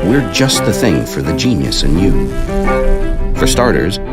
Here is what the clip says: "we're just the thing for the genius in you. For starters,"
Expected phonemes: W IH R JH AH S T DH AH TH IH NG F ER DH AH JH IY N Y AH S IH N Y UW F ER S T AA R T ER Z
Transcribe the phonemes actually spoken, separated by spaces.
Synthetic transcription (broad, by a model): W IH R JH AH S T DH AH TH IH NG F ER DH AH JH IY N Y AH S IH N Y UW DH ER S T AA R T ER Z